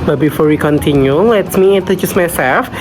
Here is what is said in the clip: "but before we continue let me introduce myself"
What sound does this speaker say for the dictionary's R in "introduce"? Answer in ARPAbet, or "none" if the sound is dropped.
none